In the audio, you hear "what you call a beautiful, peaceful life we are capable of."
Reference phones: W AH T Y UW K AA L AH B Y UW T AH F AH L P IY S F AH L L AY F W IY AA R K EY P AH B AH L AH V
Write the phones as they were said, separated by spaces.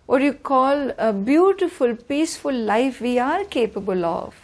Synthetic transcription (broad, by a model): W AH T Y UW K AA L AH B Y UW T AH F AH L P IY S F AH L L AY F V IY AA R K EY P AH B AH L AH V